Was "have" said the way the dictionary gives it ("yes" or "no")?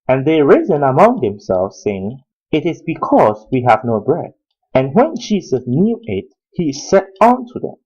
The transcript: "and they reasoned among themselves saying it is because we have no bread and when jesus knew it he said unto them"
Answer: yes